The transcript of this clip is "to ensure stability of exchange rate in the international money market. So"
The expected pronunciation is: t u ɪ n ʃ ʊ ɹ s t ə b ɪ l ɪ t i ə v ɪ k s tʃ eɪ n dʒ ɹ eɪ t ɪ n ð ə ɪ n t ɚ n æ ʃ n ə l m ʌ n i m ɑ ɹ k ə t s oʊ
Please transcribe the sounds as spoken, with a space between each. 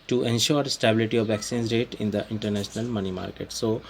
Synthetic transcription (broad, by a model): t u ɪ n ʃ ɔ ɹ s t ə b ɪ l ɪ t i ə v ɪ k s i n z ɹ eɪ t ɪ n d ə ɪ n t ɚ n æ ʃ n ə l m ʌ n i m ɑ ɹ k ə t s oʊ